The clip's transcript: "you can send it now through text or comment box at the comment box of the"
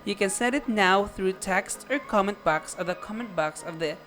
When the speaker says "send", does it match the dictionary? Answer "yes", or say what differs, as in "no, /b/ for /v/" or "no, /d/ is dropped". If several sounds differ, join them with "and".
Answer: no, /n/ is dropped